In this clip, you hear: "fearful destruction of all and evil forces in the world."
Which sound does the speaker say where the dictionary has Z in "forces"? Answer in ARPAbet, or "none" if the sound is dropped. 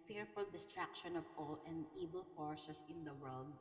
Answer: S